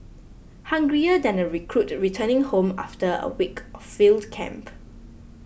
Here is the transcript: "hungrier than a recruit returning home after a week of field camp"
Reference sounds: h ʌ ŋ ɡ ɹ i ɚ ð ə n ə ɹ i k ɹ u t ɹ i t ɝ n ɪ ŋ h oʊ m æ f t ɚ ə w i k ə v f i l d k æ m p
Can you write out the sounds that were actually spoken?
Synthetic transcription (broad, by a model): h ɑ ŋ ɡ ɹ i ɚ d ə n ə ɹ i k ɹ u t ɹ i t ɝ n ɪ ŋ h oʊ m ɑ f t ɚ ə w i k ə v f i l d k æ m p